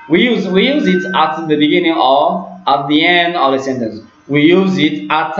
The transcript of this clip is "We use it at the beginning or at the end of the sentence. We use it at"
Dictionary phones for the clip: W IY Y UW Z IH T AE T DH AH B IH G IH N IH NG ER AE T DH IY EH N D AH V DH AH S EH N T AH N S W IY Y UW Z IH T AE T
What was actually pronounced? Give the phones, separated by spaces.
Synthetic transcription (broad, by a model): W IY Y UW Z IH T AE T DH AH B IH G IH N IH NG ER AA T DH IY EH N D AH V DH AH S EH N T AH N S W IY Y UW Z IH T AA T